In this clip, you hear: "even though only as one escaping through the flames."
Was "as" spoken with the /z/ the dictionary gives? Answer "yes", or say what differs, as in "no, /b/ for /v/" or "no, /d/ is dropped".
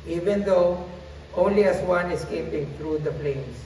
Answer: no, /s/ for /z/